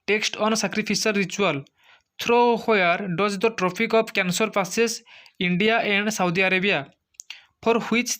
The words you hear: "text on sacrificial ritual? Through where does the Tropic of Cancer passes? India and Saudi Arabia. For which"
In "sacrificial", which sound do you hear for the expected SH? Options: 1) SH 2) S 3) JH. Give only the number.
2